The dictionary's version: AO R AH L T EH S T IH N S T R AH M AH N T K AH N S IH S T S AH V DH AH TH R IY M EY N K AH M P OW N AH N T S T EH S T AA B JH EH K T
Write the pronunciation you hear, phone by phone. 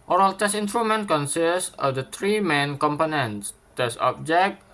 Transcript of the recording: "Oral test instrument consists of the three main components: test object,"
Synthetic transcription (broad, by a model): AO R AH L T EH S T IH N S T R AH M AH N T K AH N S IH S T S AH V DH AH T R IY M EY N K AH M P OW N AH N T S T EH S AA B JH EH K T